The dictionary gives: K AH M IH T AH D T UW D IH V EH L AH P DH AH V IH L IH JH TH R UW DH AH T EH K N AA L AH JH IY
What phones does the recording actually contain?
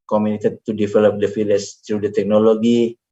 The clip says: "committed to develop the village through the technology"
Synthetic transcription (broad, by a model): K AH M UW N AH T T UW D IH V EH L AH P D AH F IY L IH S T R UW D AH T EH K N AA L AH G IY